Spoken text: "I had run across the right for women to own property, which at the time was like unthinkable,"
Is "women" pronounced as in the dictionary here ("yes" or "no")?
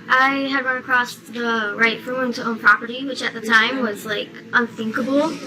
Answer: no